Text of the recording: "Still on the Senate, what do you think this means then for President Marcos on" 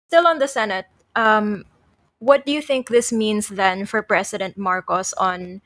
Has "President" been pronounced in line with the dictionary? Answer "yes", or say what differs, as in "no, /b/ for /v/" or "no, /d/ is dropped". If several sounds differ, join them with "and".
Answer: no, /s/ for /z/